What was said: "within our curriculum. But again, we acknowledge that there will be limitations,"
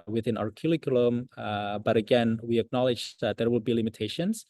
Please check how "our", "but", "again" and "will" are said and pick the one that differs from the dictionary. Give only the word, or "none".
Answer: none